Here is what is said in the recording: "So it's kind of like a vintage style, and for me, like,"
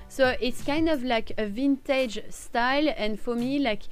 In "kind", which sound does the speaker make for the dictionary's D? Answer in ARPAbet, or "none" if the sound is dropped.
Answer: D